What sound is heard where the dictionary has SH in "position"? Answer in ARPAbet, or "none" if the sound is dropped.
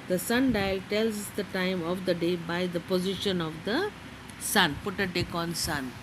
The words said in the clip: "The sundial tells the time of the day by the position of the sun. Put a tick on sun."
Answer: SH